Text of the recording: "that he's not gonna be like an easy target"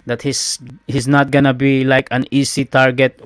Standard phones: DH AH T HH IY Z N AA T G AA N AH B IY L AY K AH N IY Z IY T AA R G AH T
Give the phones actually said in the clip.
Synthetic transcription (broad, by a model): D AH T HH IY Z N AA T G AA N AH B IY L AY K AH N IY S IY T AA R G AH T